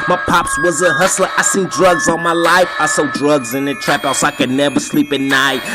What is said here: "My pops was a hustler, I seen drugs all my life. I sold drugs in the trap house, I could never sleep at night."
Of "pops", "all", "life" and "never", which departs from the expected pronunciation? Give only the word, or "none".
all